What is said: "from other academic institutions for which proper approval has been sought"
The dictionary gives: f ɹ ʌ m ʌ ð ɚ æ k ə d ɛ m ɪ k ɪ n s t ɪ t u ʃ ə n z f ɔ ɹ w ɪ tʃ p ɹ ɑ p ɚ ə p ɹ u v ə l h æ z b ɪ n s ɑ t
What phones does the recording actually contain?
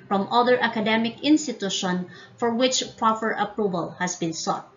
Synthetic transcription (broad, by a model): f ɹ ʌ m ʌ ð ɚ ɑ k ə d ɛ m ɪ k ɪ n s t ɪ t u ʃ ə n f ɔ ɹ w ɪ tʃ p ɹ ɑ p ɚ ə p ɹ u v ə l h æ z b ɪ n s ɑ t